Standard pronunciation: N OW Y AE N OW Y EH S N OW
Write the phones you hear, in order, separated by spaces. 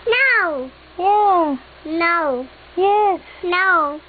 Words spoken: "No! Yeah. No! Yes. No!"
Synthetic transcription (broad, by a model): N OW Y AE N OW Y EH N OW